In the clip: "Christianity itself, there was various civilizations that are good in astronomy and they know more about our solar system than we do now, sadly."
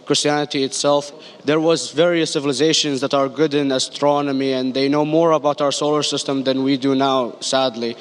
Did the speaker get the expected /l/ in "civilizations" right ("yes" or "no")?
yes